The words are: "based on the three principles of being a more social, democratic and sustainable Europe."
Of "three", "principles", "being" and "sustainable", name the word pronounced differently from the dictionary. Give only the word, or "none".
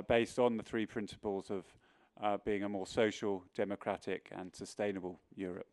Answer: none